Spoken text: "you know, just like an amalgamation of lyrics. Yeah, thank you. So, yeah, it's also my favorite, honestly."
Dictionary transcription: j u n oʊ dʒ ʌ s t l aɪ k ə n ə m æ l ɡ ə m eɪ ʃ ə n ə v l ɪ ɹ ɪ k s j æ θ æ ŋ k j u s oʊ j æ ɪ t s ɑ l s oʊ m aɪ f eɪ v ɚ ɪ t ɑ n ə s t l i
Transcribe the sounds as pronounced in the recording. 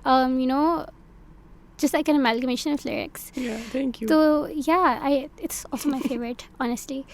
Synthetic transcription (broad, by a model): j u n oʊ dʒ ʌ s t l aɪ k ə n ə m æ l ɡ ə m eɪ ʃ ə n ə f l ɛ ɹ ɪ k s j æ t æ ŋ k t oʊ j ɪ ɪ t s ɑ l s oʊ m aɪ f eɪ v ɚ ɪ t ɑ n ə s t l i